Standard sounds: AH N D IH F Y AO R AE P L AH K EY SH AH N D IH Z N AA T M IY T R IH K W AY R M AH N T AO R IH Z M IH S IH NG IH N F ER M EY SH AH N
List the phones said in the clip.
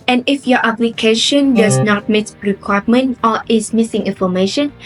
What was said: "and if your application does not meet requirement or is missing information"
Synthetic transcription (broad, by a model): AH N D IH F Y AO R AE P L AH K EY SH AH N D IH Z N AA T M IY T R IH K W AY M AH N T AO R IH S M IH S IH NG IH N F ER M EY SH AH N